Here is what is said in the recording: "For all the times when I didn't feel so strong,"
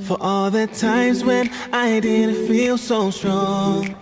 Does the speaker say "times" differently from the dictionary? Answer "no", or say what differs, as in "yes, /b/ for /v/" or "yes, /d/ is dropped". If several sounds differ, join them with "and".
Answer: no